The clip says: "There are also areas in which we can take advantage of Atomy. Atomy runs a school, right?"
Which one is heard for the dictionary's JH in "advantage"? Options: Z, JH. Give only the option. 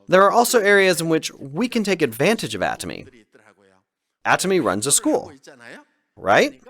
JH